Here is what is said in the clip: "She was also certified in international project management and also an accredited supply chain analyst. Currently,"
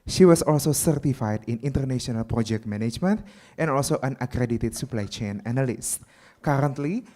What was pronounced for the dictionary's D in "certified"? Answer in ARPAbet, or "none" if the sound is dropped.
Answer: D